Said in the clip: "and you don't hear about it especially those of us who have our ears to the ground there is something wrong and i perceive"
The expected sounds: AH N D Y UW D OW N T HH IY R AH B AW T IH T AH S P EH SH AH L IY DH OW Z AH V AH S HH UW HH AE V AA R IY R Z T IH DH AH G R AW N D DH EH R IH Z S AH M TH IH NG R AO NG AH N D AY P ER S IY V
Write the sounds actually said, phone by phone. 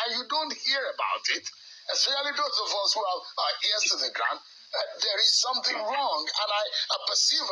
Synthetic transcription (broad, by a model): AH Y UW D OW N T HH IY R AH B AW T IH T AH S EH AH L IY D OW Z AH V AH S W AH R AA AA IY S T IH DH AH G R AW N D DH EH R IH Z S AH M TH IH NG R AO NG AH N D AY P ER S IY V